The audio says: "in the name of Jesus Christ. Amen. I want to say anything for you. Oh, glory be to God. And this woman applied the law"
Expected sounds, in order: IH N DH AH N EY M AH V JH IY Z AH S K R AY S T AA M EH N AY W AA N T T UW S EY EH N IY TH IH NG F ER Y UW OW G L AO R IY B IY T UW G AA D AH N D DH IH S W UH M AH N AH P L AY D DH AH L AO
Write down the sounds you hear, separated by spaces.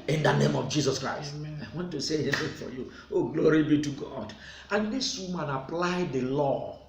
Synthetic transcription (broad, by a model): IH N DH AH N EY M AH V JH IY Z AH S K R AY S T AA IH W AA N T T UW S EY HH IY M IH F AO Y UW OW G L AO R IY B IY T UW G AA D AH N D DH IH S W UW M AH N AH P L AY D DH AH L AO